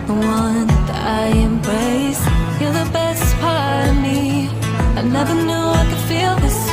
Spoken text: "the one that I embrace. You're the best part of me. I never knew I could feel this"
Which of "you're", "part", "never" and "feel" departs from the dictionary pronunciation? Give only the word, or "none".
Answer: you're